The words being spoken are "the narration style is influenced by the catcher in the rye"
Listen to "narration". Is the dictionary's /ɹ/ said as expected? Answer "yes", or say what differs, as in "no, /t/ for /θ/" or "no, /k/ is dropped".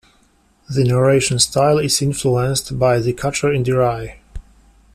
yes